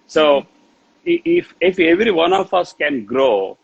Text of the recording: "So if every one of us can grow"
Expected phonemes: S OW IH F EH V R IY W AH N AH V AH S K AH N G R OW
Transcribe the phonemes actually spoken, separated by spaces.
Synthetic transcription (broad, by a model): S OW IH F EH V R IY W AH N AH F AH S K AH N G R OW